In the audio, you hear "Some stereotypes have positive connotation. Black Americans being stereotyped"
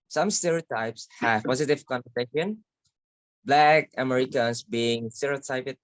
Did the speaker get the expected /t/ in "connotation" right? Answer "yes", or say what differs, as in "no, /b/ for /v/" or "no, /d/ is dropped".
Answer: no, /s/ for /t/